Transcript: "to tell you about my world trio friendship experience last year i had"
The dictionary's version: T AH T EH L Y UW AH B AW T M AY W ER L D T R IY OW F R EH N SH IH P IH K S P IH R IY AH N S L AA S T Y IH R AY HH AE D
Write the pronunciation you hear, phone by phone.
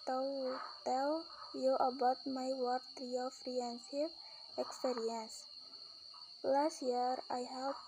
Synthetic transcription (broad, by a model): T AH T EH L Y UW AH B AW T M AY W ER D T R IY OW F R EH N S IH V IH K S P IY R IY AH N S L AA S T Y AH R AY HH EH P